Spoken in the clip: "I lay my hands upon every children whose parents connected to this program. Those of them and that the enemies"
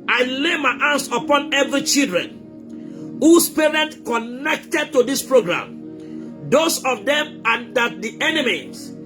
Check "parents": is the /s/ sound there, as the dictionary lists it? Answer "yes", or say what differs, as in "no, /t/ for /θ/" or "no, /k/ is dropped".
no, /s/ is dropped